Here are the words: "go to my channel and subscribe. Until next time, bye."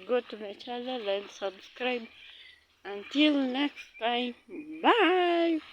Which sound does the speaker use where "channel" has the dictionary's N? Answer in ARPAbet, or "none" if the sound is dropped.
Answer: L